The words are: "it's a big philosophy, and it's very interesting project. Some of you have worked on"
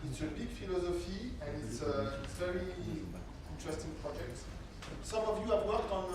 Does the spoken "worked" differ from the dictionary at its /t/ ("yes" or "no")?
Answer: no